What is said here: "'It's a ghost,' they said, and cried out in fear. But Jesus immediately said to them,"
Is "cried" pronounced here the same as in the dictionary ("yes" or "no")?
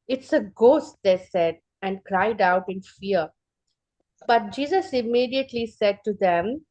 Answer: yes